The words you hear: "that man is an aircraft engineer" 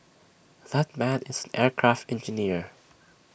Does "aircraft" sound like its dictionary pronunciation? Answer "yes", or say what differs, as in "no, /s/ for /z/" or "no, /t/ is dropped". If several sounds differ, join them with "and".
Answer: yes